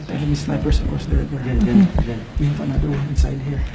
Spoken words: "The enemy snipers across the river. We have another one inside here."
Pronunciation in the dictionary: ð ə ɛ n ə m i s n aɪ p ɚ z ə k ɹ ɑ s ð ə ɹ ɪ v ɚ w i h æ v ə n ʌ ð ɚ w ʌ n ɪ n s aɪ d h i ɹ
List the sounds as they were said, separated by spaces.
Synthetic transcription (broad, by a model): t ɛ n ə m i s n aɪ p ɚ s ə k ɹ ɑ s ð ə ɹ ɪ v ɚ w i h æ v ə n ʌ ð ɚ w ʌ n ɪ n s aɪ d h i ɹ